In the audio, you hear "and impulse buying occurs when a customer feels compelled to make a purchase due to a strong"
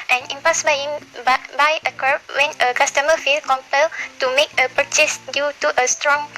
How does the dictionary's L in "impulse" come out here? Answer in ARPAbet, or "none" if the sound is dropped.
none